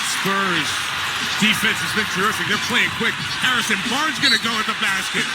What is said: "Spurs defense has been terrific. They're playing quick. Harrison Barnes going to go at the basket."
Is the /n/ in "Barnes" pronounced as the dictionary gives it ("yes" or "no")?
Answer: no